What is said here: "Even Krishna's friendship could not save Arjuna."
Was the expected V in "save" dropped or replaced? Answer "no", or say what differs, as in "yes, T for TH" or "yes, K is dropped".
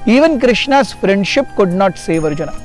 no